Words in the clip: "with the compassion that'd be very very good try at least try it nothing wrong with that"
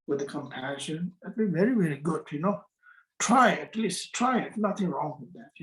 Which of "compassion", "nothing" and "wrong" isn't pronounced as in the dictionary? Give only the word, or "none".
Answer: none